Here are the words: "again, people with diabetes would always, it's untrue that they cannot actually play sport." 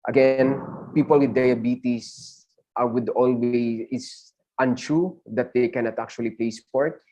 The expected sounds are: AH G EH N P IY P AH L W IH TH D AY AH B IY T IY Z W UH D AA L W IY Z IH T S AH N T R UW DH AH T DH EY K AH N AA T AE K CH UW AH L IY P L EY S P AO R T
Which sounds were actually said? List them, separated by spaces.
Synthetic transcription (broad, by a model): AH G EH N P IY P AH L W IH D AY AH B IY T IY S W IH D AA L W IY IH T S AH N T R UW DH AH T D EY K AH N AA T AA K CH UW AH L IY P L EY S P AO R T